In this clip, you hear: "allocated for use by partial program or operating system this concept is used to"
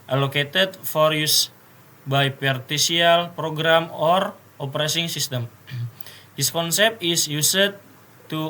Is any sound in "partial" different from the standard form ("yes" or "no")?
yes